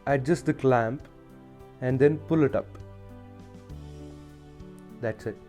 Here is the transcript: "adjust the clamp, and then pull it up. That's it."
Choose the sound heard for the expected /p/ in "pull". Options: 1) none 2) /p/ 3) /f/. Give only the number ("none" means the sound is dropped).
2